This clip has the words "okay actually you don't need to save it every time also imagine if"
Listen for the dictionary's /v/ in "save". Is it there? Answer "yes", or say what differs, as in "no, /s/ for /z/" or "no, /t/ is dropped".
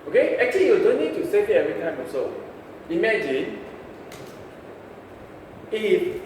no, /v/ is dropped